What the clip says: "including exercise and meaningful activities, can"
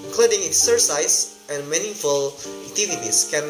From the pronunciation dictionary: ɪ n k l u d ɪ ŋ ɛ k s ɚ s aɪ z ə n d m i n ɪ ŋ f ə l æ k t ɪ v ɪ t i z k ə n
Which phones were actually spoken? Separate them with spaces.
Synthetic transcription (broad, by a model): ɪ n k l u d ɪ ŋ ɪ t s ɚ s aɪ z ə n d m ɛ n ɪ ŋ f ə l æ t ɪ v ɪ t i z k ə n